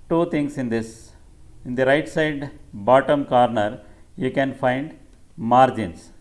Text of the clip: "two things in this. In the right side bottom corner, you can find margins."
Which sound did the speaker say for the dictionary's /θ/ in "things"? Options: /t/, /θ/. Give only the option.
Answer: /t/